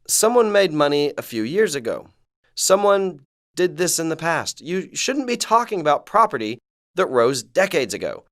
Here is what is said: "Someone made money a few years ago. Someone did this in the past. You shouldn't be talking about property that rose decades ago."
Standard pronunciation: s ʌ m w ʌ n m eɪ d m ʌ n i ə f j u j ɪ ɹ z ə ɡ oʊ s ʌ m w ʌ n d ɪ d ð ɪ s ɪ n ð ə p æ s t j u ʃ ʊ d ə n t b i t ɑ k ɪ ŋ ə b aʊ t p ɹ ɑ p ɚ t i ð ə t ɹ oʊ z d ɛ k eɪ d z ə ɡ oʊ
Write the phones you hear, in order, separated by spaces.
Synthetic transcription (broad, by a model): s ʌ m w ʌ n m eɪ d m ʌ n i ə f j u j ɪ ɹ z ə ɡ oʊ s ʌ m w ʌ n d ɪ d ð ɪ s ɪ n ð ə p æ s t j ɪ ʃ ʊ d n b i t ɑ k ɪ ŋ ə b aʊ t p ɹ ɑ p ɚ t i ð ə t ɹ oʊ z d ɛ k eɪ d z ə ɡ oʊ